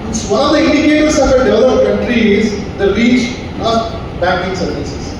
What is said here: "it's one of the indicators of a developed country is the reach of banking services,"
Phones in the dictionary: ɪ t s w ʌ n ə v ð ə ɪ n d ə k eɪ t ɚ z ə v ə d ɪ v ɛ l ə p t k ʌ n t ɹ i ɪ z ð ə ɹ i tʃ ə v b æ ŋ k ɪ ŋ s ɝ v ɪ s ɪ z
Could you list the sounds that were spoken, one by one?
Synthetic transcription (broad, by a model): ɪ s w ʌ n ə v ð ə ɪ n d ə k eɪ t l s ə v ə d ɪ ʌ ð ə t k ʌ n t ɹ i ɪ z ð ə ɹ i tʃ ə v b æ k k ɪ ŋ s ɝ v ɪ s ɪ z